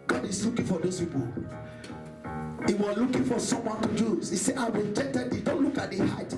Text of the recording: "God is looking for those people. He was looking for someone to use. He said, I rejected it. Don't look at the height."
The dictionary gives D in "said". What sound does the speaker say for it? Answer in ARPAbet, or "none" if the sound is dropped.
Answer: none